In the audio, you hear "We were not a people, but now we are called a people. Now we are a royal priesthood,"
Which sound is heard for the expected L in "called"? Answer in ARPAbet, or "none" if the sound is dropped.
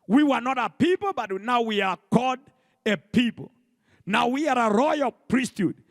none